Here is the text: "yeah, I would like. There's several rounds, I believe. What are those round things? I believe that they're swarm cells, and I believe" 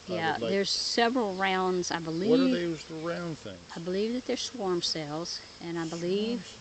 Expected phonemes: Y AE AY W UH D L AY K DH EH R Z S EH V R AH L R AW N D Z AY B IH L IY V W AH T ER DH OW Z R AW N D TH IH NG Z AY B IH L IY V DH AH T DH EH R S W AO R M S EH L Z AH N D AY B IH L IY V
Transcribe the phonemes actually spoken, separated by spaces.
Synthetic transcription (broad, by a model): Y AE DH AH R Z S EH V R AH L R AW N D Z AY B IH L IY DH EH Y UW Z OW R AW N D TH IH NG AY B IH L IY V DH AH T DH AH R S W AO R M S EH L Z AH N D AY B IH L IY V